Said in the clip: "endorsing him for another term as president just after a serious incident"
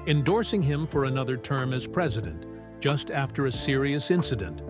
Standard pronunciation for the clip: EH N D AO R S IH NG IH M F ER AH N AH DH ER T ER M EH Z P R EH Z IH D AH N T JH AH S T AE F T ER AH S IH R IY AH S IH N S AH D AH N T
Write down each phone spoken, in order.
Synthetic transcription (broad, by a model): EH N D AO R S IH NG IH M F ER AH N AH DH ER T ER M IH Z P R EH Z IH D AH N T JH AH S T AE F T ER AH S IH R IY AH S IH N S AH D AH N T